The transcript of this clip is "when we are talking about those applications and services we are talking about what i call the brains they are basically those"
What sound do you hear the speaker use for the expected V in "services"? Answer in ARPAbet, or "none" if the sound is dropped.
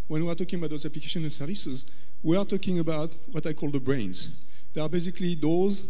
V